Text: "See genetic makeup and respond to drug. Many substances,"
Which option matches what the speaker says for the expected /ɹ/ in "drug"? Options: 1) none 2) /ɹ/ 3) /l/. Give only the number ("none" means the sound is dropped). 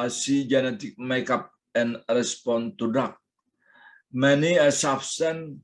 1